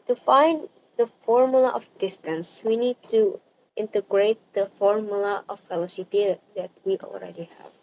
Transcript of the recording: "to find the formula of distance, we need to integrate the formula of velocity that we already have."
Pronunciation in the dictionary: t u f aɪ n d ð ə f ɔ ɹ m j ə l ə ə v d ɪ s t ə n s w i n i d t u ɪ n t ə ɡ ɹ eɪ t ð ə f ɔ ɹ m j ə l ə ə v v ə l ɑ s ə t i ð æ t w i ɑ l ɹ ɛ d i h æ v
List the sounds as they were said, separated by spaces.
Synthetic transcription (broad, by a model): t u f aɪ n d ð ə f ɔ ɹ m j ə l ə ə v d ɪ s t ə n s w i n i d t u ɪ n t ə ɡ ɹ eɪ t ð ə f ɔ ɹ m j ə l ə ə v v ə l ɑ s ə t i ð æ t w i ɑ l ɹ ɛ d i h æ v